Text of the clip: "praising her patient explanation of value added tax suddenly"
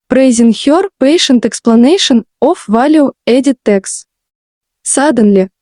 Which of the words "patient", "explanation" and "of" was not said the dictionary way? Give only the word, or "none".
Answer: of